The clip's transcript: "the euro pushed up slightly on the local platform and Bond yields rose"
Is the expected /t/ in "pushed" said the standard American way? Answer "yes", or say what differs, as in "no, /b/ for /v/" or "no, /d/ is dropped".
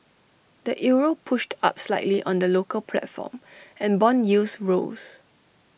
yes